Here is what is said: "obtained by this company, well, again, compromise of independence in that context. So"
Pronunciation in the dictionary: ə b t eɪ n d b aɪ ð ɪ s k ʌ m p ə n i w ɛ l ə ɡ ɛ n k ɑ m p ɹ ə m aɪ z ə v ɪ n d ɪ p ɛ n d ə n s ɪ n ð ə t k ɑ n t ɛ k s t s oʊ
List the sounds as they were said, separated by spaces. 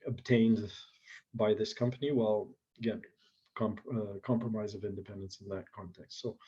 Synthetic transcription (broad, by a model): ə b t eɪ n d b aɪ ð ɪ s k ʌ m p ə n i w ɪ l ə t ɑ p k ɑ m p ɹ ə m aɪ z ə v ɪ n d ɪ p ɛ n d ə n s n ð ə t k ɑ n t ɛ k s t s oʊ